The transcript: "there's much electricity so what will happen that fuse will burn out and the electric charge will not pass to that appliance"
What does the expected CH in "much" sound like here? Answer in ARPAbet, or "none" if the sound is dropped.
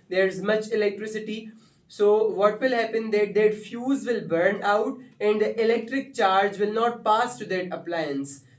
CH